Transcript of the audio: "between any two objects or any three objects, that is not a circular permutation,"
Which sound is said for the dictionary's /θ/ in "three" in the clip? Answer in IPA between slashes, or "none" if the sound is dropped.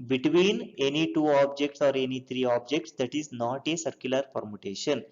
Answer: /t/